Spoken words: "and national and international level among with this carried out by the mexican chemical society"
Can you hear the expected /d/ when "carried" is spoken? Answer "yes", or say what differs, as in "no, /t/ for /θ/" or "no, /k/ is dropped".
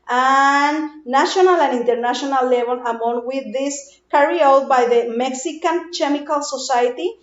no, /d/ is dropped